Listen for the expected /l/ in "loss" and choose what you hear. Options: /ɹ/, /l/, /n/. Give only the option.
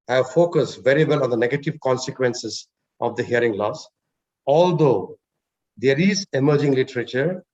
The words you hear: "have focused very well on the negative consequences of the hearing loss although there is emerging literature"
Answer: /l/